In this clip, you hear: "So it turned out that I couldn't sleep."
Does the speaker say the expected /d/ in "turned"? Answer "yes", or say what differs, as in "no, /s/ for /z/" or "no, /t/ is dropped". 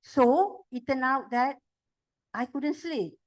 no, /d/ is dropped